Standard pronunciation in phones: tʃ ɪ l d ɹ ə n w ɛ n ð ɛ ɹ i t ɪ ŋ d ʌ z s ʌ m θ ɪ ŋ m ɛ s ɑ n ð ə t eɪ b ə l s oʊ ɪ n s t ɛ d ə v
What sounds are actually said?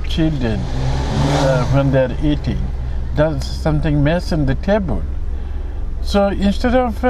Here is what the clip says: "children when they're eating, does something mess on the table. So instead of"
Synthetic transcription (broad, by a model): tʃ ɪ l d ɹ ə n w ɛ n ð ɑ ɹ i t ɪ ŋ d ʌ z s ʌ m t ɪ ŋ m ɛ s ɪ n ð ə t eɪ b ə l s oʊ ɪ n s t ɛ d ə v